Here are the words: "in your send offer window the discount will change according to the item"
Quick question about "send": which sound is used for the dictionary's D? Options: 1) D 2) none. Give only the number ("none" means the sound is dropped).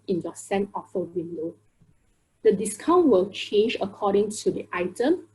2